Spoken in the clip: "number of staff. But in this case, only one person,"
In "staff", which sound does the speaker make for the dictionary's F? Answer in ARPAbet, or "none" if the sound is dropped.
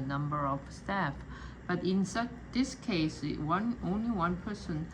F